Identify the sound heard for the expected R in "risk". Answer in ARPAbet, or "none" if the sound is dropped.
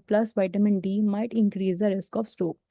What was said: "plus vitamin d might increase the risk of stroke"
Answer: R